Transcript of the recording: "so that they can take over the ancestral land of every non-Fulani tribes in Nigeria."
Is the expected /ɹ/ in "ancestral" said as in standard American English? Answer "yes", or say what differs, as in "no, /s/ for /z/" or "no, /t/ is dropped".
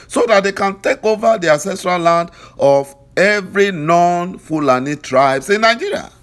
yes